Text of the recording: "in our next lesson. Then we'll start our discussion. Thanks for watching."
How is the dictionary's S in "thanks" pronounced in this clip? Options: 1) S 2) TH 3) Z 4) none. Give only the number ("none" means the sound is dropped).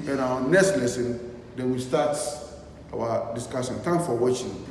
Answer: 4